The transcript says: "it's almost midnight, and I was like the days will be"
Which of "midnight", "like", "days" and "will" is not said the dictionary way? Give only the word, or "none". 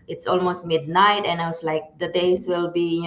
days